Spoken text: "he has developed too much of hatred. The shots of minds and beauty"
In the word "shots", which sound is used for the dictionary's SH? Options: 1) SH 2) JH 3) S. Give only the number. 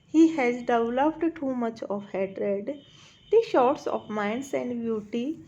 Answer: 1